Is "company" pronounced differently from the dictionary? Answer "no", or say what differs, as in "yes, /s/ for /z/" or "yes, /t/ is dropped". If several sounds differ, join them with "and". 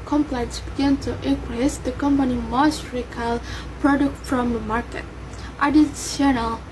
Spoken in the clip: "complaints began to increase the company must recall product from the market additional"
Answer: no